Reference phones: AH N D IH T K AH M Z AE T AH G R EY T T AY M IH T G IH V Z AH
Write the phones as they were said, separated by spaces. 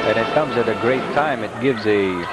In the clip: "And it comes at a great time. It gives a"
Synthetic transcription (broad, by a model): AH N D IH T K AH M Z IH T AH G R EY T T AY M IH T G IH V Z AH